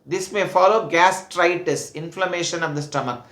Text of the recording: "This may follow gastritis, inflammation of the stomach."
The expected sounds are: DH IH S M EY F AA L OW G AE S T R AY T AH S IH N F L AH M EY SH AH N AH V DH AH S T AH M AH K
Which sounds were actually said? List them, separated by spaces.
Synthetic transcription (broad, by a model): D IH S M EY F AA L OW G AE S T R AY T AH S IH N F L AH M EY SH AH N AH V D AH S T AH M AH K